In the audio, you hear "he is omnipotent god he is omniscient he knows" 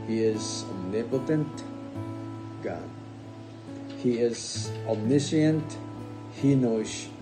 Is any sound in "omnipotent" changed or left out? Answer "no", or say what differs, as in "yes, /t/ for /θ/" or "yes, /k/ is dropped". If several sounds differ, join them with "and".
yes, /m/ is dropped